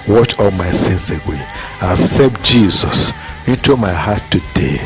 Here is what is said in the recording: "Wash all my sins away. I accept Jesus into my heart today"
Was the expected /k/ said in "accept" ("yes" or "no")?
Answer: no